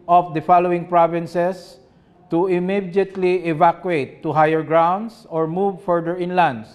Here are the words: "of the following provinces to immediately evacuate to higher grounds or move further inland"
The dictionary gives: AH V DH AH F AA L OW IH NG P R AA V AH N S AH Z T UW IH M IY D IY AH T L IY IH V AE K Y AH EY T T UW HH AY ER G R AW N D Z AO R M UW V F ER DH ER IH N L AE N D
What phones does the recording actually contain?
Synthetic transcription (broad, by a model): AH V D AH F AA L OW IH NG P R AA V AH N S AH S T UW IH M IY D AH T L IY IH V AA K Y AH EY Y T UW HH AY ER G R AW N D S AO R M UW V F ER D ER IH N L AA N D